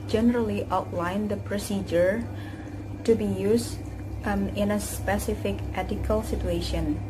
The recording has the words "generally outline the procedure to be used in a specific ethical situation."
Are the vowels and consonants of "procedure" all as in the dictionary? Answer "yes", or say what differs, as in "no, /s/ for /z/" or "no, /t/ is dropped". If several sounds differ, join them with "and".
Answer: yes